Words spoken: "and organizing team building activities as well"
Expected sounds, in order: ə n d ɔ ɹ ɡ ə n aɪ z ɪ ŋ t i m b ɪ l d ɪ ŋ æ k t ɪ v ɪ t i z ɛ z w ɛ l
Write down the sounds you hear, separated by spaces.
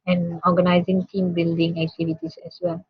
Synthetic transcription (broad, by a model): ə n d ɔ ɡ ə n aɪ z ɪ ŋ t i m b ɪ l d ɪ ŋ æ k t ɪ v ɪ t i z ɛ s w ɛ l